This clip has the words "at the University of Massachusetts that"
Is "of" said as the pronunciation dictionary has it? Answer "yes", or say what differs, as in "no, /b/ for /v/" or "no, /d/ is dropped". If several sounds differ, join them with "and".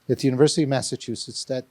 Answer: yes